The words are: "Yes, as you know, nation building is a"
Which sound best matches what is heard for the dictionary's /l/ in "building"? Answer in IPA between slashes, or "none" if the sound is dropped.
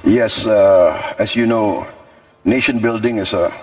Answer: /l/